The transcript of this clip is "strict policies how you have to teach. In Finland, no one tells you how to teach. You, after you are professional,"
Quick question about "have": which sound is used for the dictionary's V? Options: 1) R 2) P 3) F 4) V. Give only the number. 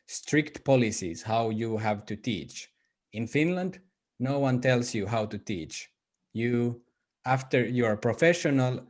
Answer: 4